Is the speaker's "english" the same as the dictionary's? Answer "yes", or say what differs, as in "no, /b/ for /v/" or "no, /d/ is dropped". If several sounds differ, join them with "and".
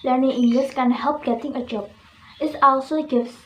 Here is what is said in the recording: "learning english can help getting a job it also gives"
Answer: no, /s/ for /ʃ/